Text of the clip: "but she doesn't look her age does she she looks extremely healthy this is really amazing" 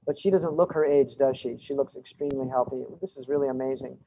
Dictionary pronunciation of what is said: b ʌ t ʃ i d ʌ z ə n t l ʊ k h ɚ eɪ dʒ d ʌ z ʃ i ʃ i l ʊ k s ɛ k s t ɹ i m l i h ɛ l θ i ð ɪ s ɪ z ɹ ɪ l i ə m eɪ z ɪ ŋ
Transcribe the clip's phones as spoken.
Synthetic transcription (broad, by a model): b ʌ t ʃ i d ʌ z ə n t l ʊ k h ɚ eɪ dʒ d ʌ z ʃ i ʃ i l ʊ k s ɛ k s t ɹ i m l i h ɛ l θ i ð ɪ s ɪ z ɹ ɪ l i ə m eɪ z ɪ ŋ